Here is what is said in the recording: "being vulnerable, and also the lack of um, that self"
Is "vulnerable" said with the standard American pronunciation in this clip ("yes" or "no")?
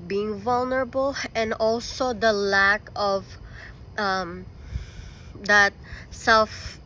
yes